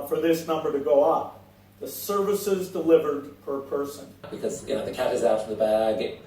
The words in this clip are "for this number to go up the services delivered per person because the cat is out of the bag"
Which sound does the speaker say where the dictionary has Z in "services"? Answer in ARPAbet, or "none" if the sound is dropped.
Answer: Z